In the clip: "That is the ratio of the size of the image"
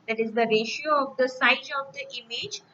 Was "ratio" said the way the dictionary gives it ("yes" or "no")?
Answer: yes